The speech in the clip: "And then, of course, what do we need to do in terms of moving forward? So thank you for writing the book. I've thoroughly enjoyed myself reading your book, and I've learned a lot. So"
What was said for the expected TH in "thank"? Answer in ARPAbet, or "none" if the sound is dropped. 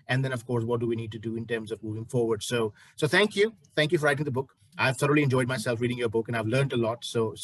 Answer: S